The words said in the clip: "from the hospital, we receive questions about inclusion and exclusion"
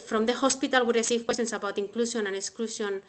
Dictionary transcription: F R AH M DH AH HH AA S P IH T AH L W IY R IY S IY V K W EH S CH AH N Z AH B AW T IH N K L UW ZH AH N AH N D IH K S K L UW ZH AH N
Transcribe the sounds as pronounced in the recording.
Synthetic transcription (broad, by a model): F R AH M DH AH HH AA S P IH T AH L W IY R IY S IY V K W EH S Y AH N S AH B AW T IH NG K L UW SH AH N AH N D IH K S K L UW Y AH N